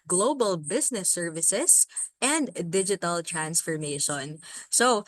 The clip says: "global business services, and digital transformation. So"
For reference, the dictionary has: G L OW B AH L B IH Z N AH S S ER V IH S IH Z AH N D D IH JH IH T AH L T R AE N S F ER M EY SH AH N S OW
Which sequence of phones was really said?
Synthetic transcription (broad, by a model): G L OW B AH L B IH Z N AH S S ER V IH S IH S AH N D D IH JH IH T AH L T R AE N S F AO M EY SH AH N S OW